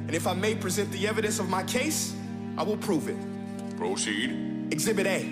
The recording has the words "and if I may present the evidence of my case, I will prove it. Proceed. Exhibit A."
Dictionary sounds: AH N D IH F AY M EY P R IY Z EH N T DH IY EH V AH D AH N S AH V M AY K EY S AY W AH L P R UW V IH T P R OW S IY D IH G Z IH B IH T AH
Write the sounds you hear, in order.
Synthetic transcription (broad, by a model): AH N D IH F AY M EY P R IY Z EH N DH IY EH V AH D AH N S AH V M AY K EY S AY W AH L P R UW V IH T P R OW S IY D IH G Z IH B IH T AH